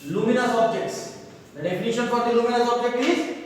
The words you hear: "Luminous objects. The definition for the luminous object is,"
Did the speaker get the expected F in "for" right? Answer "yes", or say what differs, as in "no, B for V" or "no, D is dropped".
no, P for F